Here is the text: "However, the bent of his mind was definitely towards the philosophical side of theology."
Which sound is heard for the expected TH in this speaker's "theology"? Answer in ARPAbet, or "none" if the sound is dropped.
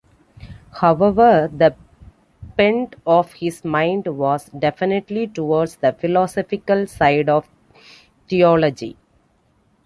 T